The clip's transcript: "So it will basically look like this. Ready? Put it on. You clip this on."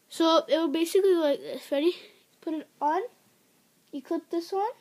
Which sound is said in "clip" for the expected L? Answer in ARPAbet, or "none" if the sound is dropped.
none